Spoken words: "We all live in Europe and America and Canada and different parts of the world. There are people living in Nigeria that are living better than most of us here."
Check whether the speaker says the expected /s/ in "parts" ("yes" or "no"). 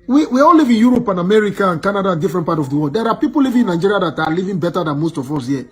no